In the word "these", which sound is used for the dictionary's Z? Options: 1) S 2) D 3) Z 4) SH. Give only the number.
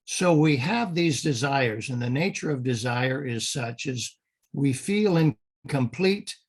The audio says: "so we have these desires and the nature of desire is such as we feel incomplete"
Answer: 3